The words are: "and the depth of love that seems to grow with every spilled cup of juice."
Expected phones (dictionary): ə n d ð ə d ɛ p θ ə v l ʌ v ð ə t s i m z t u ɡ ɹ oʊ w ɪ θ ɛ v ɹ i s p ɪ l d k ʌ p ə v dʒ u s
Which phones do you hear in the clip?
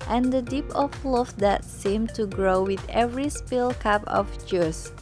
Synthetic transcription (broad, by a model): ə n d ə d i p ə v l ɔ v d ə t s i m t u ɡ ɹ oʊ w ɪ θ ɛ v ɹ i s p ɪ l k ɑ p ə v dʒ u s